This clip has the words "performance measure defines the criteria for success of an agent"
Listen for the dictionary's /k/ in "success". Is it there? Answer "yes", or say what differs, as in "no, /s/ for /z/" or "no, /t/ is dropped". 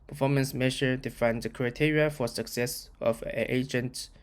yes